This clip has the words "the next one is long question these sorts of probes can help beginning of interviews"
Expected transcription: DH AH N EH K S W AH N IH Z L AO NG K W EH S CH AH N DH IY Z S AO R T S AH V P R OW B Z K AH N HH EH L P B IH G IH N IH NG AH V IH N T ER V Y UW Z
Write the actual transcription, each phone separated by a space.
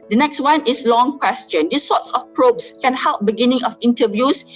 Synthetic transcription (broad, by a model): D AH N EH K S W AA N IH S L AO NG K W EH S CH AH N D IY S AO T S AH F P R OW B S K AH N HH EH L P B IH G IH N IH NG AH F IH N T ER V Y UW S